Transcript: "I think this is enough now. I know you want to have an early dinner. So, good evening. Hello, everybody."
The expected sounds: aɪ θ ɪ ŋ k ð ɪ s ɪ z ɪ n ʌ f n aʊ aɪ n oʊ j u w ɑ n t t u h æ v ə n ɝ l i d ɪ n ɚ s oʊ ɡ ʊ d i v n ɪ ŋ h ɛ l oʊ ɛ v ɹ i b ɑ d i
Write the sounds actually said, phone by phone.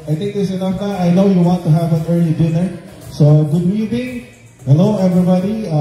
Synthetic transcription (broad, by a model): aɪ t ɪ ŋ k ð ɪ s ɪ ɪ n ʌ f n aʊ aɪ n oʊ j u w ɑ n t t u h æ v ə n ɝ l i d ɪ n ɚ s oʊ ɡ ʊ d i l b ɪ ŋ h ɛ l oʊ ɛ v ɹ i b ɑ d i